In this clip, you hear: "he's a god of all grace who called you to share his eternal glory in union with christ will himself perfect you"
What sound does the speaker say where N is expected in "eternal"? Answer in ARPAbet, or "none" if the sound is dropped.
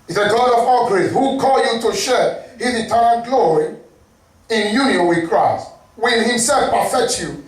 none